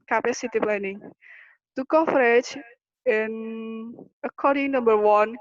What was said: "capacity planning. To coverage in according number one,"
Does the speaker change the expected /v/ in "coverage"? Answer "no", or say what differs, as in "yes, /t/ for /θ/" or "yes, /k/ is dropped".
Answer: yes, /f/ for /v/